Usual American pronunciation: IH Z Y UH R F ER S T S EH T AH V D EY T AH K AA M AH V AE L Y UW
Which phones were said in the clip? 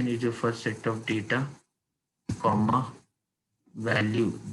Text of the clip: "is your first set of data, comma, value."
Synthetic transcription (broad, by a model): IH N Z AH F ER T S EH T AH V D EY T AH K AA M AH V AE L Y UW